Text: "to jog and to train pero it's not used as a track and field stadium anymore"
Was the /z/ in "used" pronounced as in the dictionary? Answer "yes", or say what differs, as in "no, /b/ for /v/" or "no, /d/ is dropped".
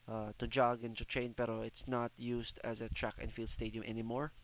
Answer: no, /s/ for /z/